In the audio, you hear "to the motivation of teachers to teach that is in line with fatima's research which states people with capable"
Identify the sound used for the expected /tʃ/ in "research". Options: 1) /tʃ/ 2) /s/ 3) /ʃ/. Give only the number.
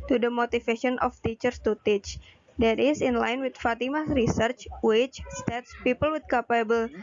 1